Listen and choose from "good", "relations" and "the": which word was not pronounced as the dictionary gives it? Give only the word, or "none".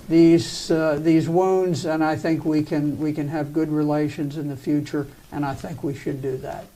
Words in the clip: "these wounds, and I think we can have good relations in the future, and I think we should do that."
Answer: none